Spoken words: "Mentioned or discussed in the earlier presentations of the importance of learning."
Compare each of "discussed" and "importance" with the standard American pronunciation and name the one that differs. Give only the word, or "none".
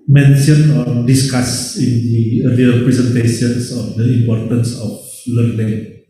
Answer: discussed